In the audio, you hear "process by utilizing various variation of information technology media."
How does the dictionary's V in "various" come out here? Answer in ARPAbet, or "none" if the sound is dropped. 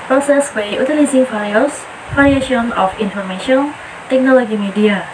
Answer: F